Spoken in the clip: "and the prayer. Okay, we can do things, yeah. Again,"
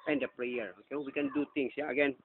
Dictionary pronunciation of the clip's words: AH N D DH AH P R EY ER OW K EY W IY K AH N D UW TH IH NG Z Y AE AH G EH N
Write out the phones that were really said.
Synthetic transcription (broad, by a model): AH N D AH P R EY ER OW K EY W IY K AH N D UW T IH NG S Y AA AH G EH N